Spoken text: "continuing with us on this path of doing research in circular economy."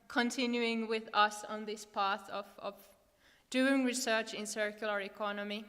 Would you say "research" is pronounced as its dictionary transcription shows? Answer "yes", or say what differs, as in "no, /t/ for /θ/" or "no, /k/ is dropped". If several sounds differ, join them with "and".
yes